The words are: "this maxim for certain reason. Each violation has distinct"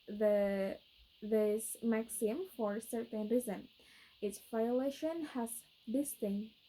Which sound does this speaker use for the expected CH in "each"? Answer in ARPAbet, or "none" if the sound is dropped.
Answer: S